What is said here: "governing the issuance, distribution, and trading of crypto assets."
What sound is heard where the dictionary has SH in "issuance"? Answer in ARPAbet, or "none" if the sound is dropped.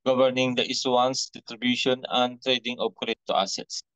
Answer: S